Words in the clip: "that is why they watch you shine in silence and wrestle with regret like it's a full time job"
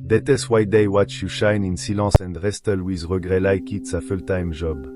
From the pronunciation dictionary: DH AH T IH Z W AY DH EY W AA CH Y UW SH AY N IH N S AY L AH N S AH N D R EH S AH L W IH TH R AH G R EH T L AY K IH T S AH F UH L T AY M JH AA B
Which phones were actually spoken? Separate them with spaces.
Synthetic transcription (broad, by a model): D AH T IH S W AY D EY W AA CH Y UW SH AY N IH N S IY L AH S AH N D R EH S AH L W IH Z R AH G R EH L AY K IH T S AH F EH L T AY M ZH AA B